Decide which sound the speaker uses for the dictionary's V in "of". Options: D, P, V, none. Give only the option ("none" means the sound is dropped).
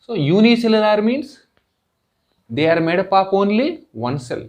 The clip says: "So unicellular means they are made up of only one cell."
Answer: P